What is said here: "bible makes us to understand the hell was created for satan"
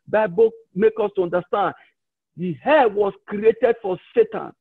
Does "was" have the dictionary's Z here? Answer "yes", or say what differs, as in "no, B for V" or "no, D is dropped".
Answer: no, S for Z